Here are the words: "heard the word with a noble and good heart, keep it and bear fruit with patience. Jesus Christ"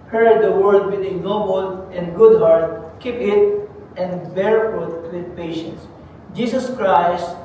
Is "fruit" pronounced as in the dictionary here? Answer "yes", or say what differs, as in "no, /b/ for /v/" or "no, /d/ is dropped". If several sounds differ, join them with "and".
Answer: no, /ɹ/ is dropped